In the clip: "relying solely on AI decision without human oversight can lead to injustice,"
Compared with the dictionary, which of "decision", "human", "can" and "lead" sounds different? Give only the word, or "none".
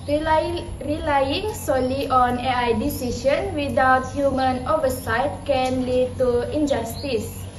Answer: decision